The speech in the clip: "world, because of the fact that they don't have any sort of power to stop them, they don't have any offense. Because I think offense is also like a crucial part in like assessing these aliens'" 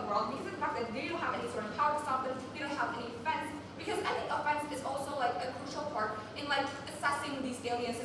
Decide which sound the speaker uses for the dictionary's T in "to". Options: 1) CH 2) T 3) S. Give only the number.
3